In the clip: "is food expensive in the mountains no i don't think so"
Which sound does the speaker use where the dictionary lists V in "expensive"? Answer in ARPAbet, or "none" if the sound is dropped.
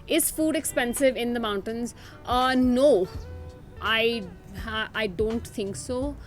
V